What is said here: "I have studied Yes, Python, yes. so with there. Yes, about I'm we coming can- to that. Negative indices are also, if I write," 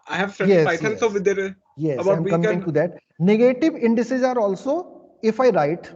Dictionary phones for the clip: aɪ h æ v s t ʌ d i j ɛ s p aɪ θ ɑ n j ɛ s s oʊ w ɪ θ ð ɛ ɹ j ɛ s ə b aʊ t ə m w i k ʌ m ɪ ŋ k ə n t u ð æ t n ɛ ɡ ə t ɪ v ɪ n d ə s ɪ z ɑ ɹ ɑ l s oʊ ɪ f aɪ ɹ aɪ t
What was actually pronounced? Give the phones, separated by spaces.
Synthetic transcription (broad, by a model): aɪ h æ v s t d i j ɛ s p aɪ t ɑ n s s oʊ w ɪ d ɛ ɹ j ɛ s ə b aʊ ə m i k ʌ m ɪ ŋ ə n t u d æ t n ɛ ɡ ə t ɪ v ɪ n d ə s ɪ z ɑ ɹ ɑ l s oʊ ɪ f aɪ ɹ aɪ t